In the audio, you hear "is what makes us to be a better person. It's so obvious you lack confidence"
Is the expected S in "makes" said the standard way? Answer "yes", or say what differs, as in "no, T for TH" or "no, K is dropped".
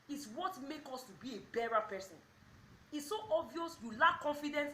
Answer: no, S is dropped